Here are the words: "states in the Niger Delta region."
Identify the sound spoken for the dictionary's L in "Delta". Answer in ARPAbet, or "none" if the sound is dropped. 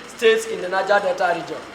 none